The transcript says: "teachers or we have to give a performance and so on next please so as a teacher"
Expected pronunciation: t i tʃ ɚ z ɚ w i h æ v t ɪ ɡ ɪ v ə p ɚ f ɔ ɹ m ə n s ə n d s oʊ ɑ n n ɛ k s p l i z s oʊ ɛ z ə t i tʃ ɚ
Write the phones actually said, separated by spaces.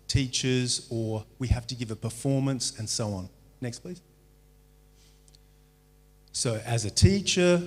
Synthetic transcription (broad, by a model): t i tʃ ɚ z ɚ w i h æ f t ɪ ɡ ɪ v ə p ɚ f ɔ ɹ m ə n s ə n s oʊ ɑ n n ɛ k s p l i z s oʊ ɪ z ə t i tʃ ɚ